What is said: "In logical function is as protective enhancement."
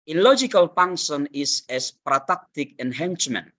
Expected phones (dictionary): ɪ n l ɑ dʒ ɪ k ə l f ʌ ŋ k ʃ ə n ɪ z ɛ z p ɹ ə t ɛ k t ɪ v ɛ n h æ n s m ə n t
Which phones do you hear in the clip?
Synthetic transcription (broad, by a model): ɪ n l ɑ dʒ ɪ k ə l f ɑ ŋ ʃ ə n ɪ s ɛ s p ɹ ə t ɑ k t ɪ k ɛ n h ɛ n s m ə n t